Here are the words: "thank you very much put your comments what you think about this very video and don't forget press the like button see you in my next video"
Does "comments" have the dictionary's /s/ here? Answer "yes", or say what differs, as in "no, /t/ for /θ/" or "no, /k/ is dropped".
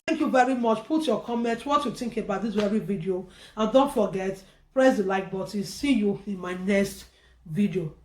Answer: no, /s/ is dropped